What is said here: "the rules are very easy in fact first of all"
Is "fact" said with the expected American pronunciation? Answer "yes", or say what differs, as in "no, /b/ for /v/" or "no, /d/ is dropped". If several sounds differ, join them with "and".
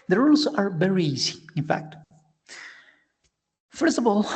yes